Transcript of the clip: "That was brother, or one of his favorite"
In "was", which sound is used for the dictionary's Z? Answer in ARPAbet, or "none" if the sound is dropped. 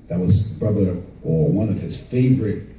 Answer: Z